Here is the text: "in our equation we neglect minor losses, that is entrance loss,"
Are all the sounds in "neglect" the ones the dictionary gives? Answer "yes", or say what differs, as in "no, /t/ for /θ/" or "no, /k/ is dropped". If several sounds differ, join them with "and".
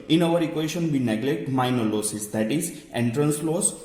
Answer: yes